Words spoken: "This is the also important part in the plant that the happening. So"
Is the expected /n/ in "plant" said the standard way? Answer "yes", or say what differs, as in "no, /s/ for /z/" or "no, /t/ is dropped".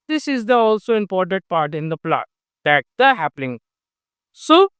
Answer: no, /n/ is dropped